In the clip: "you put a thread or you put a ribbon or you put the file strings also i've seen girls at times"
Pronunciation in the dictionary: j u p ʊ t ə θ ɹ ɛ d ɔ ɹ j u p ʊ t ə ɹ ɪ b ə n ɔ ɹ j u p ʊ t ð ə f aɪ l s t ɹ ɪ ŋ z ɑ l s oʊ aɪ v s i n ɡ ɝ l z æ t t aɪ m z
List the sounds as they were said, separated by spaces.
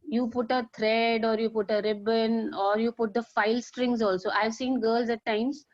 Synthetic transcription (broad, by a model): j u p ʊ t ə t ɹ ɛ d ɔ ɹ j u p ʊ t ə ɹ ɪ b ə n ɔ ɹ j u p ʊ t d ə f aɪ l s t ɹ ɪ ŋ z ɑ l s oʊ aɪ v s i n ɡ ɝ l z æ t t aɪ m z